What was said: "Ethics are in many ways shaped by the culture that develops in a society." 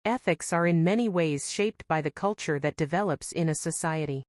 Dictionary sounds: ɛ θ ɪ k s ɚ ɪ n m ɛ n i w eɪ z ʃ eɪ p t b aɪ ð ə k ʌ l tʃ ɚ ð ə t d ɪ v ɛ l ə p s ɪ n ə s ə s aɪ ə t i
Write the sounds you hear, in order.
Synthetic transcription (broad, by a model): ɛ θ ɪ k s ɚ ɪ n m ɛ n i w eɪ z ʃ eɪ p t b aɪ ð ə k ʌ l tʃ ɚ ð ə t d ɪ v ɛ l ə p s ɪ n ə s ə s aɪ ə t i